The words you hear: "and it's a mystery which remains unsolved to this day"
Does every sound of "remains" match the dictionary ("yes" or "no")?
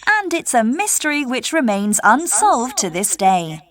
yes